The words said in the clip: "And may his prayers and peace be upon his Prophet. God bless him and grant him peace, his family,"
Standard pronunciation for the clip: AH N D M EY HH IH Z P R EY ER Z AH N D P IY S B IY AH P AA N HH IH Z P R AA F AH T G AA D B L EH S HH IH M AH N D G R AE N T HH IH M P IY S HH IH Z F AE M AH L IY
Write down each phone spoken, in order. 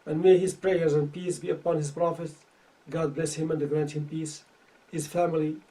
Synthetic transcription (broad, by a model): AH N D M EY HH IH Z P R EY ER Z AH N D P IY S B IY AH P AA N HH IH Z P R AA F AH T G AA D B L EH S HH IH M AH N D G R AE N T HH IH M P IY S HH IH Z F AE M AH L IY